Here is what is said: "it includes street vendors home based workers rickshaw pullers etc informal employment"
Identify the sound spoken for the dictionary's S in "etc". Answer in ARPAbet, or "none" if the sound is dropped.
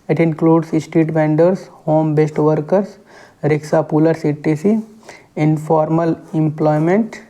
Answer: none